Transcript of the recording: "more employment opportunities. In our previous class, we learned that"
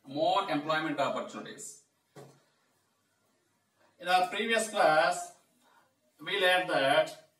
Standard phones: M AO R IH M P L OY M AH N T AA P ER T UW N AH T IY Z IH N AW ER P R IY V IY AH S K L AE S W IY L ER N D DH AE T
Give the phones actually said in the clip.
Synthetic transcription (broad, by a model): M AO R IH M P L OY M AH N T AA P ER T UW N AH T IY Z IH N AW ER P R IY V IY AH S K L AE S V IY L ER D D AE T